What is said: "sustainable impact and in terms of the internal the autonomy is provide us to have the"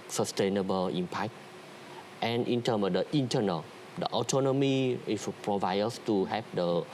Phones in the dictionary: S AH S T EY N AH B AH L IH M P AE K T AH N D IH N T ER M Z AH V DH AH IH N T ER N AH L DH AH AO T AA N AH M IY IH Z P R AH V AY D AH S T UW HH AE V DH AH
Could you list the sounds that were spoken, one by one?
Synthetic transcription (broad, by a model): S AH S T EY N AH B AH L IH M P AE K T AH N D IH N T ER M AH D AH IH N T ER N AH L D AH AO T AA N AH M IY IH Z P R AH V AY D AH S T UW HH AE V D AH